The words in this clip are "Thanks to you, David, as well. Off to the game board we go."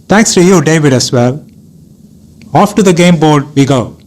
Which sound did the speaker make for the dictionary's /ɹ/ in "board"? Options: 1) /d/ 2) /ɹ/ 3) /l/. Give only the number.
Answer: 2